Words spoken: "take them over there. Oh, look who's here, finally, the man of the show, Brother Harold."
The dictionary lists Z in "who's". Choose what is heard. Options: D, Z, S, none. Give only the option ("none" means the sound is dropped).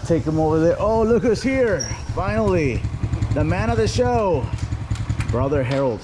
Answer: S